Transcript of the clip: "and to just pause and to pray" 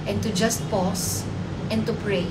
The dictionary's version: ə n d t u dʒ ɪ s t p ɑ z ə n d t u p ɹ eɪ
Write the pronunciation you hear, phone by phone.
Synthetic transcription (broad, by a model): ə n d t u dʒ ɪ s t p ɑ s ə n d t u p ɹ eɪ